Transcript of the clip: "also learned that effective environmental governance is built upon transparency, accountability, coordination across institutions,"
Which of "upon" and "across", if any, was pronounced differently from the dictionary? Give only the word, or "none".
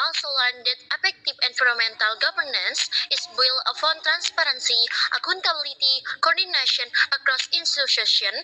upon